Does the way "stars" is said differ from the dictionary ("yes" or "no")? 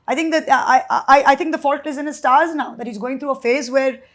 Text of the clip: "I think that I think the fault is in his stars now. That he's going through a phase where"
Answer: no